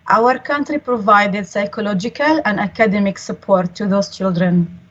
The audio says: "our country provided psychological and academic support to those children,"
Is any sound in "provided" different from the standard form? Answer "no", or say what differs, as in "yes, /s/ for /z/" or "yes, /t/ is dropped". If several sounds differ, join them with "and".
no